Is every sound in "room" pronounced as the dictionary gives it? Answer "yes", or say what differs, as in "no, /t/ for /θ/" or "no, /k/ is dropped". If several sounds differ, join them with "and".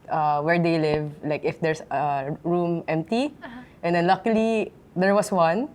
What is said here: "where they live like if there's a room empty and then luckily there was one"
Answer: yes